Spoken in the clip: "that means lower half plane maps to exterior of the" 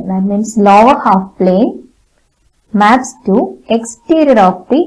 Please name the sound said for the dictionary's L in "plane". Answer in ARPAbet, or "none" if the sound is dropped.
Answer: L